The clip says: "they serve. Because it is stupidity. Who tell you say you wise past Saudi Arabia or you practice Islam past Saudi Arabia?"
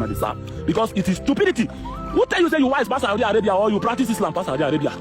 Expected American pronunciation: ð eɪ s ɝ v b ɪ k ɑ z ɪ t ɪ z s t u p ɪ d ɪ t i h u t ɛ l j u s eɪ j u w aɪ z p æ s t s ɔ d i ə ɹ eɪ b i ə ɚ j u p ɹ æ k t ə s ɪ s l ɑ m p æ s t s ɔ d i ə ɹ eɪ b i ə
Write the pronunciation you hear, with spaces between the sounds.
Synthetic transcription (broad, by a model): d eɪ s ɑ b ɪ k ɑ s ɪ t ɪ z s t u p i d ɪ t i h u t ɛ l j u s eɪ j u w aɪ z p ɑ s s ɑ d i ə ɹ eɪ b i ə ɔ j u p ɹ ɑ k t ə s ɪ s l ɑ m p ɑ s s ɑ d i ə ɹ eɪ b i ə